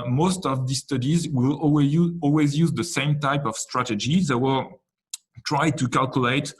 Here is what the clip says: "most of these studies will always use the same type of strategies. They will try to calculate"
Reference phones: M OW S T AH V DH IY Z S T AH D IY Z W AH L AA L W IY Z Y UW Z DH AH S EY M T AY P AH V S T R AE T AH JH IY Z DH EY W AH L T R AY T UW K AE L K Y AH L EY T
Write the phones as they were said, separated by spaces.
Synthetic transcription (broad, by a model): M OW S T AH V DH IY S T AH D IY Z W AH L AA L W IY Z Y UW Z DH AH S EY M T AY P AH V S T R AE T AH JH IY DH EY W AH L T R AY T UW K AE L K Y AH L EY T